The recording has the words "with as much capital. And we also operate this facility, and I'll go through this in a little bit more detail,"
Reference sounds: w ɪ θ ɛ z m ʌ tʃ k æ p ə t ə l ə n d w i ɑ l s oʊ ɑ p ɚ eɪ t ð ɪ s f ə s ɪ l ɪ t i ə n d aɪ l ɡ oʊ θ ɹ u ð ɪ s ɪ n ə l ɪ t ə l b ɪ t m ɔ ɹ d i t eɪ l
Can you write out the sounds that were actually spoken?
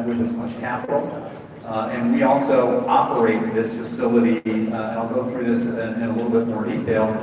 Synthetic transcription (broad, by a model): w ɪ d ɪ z m ʌ tʃ k æ p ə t l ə n w i ɑ l s oʊ ɑ p ɚ eɪ t ð ɪ s f ə s ɪ l ɪ t i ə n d aɪ l ɡ oʊ θ ɹ u ð ɪ s ɪ n ə l ɪ t l b ɪ t m ɔ ɹ d i t eɪ l